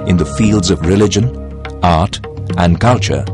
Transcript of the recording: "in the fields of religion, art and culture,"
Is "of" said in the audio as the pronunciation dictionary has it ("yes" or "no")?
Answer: yes